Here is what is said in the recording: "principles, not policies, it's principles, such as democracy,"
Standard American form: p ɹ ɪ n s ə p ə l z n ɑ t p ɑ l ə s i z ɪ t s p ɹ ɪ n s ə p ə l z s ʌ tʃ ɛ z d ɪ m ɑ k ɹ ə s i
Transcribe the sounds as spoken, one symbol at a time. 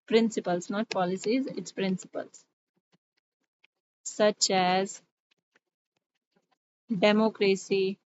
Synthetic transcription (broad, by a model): p ɹ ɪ n s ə p ə l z n ɑ t p ɑ l ə s i z ɪ t s p ɹ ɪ n s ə p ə l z s ʌ tʃ ɛ z d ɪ m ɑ k ɹ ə s i